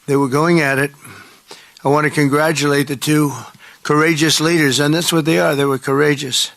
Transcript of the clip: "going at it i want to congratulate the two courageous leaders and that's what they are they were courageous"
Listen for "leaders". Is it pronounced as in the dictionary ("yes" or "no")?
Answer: yes